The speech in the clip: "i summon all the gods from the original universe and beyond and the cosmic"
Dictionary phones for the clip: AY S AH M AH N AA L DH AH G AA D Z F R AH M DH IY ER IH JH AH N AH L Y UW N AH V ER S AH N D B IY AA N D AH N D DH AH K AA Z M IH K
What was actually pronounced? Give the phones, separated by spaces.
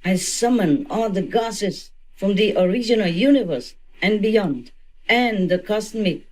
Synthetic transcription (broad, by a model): AY S AH M AH N AA L DH AH G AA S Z F R AH M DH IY ER IH JH AH N AH L Y UW N AH V ER S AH N B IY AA N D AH N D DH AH K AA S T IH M